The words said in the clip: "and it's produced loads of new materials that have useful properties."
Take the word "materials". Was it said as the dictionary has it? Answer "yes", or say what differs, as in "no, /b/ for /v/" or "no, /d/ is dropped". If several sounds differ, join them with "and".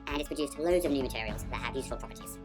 yes